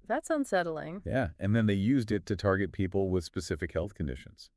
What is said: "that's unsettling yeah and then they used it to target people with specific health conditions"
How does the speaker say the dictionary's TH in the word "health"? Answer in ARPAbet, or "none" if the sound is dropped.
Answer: TH